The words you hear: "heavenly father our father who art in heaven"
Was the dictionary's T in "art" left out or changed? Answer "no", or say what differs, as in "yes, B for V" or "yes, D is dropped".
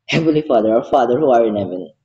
yes, T is dropped